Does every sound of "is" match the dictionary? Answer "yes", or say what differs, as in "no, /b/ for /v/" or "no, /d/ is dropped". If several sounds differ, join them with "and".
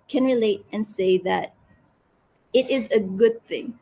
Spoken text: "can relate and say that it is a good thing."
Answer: yes